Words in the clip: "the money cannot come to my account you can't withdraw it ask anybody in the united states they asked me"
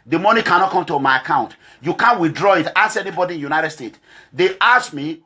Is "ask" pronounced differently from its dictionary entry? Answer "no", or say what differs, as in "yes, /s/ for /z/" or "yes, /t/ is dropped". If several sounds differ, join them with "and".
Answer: yes, /k/ is dropped